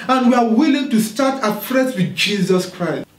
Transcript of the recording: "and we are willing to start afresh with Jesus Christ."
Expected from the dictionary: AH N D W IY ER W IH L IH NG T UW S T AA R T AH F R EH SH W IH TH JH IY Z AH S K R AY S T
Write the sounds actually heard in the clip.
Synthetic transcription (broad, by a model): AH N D W IY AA W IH L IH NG T UW S T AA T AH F R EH S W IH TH JH IY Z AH S K R AY S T